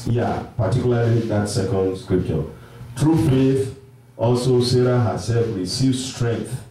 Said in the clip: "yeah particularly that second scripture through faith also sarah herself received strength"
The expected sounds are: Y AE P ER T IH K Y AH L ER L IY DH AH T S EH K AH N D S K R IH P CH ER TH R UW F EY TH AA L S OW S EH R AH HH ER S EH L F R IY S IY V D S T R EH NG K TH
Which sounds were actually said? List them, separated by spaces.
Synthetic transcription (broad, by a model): Y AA P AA T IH K Y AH L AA L IY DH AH T S EH K AH N D S K R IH P CH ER T R UW F EY TH AA L S OW S EH R AH HH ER S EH L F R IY S IY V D S T R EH NG K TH